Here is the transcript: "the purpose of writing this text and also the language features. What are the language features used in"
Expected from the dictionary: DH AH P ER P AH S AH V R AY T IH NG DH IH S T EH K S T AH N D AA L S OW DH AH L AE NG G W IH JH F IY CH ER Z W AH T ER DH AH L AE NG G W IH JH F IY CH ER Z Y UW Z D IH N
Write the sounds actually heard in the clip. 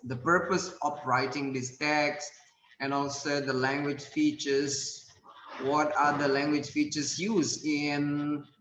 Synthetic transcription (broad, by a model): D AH P ER P AH S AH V R AY T IH NG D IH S T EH K S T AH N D AA L S OW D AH L AE NG G W IH JH F IY CH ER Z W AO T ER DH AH L AE NG G W IH JH F IY CH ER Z Y UW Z IH N